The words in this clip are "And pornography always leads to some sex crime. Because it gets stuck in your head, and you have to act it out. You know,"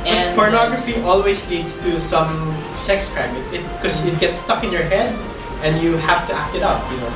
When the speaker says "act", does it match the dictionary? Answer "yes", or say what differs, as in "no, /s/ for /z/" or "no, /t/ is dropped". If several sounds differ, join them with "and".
yes